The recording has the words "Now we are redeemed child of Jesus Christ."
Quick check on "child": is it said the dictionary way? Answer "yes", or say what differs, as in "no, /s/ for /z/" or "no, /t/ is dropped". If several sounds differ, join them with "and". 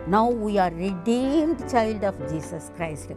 yes